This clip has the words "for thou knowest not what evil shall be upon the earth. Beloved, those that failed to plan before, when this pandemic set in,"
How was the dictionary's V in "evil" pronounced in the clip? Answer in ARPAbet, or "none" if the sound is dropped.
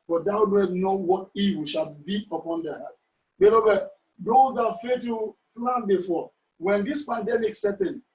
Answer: W